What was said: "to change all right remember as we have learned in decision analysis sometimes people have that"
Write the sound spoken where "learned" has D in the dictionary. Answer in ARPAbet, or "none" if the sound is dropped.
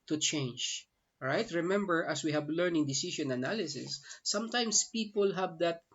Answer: none